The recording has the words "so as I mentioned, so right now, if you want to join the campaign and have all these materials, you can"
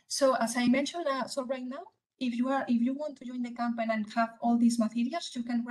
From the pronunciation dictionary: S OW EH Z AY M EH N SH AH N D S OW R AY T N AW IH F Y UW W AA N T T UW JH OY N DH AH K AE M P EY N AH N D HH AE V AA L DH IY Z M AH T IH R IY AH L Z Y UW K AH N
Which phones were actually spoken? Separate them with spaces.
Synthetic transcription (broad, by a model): S OW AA S AY M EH N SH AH N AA S OW R AY T N AW IH F Y UW W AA N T T UW JH OY N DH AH K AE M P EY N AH N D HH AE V AA L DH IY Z M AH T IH R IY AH L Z Y UW K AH N